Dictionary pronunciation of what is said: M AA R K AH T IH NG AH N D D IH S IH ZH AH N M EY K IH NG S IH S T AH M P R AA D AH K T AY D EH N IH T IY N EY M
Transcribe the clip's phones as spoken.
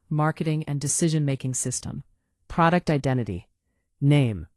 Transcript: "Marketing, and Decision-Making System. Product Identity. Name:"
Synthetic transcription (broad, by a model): M AA R K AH T IH NG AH N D D IH S IH ZH AH N M EY K IH NG S IH S T AH M P R AA D AH K T AY D EH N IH T IY N EY M